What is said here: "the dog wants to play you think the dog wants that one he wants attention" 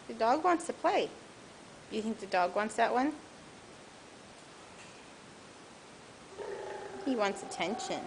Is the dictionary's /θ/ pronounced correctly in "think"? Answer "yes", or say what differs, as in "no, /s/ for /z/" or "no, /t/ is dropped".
yes